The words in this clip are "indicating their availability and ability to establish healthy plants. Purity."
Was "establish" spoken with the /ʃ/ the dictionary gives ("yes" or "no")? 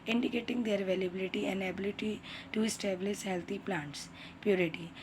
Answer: no